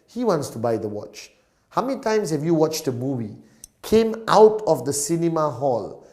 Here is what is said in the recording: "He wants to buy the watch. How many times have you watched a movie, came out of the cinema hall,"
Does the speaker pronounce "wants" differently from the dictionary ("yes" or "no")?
no